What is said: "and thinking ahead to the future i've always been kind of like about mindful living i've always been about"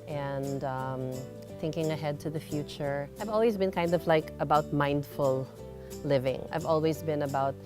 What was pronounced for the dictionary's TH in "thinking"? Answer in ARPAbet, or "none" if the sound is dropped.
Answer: TH